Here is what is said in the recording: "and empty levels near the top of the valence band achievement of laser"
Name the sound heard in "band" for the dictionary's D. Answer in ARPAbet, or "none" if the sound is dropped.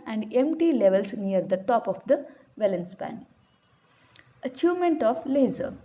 none